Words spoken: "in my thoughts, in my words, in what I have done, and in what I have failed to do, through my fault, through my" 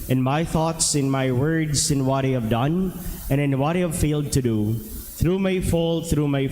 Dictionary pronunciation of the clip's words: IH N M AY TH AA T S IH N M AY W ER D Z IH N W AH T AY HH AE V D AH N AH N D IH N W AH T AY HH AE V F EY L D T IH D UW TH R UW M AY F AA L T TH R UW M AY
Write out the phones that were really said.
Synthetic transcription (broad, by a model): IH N M AY TH AA T S IH N M AY W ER D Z IH N W AH T AY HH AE V D AH N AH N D IH N W AH T AY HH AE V F EY L D T IH D UW TH R UW M AY F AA L TH R UW M AY